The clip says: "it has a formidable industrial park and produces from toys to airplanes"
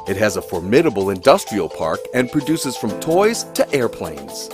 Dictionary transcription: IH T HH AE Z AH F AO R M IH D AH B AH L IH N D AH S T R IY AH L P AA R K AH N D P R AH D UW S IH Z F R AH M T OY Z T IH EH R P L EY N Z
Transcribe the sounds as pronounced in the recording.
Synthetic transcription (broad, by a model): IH T HH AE Z AH F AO R M IH D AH B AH L IH N D AH S T R IY AH L P AA R K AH N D P R AH D UW S IH Z F R AH M T OY Z T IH EH R P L EY N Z